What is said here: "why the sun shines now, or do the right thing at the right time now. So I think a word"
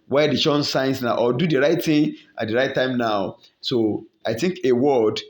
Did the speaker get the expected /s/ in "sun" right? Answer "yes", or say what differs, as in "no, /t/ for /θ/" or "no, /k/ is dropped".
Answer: no, /ʃ/ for /s/